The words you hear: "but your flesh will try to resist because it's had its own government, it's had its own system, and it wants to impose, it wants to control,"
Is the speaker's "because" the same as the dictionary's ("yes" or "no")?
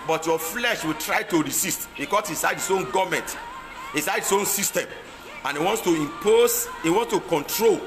no